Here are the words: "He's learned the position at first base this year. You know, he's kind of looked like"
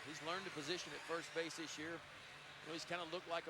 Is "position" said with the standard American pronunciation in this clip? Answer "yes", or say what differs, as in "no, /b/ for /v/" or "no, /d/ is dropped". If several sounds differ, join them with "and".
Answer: yes